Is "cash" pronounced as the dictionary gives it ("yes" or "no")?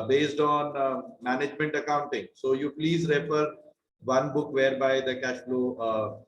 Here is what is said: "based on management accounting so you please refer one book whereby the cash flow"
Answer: yes